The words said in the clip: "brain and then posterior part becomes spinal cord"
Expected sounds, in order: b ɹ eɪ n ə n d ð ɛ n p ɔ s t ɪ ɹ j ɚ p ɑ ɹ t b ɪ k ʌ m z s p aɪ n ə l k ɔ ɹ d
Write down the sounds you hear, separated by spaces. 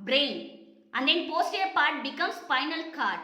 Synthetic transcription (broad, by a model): b ɹ eɪ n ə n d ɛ n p ɔ s t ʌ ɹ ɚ p ɑ ɹ t b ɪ k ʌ m s f aɪ n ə l k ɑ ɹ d